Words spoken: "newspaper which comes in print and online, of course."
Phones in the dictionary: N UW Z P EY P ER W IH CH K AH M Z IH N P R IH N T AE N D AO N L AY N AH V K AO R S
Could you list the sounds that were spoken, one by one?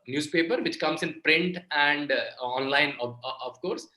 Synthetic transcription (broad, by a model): N UW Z P EY P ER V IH CH K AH M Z IH N P R IH N T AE N D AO N L AY N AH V K AO R S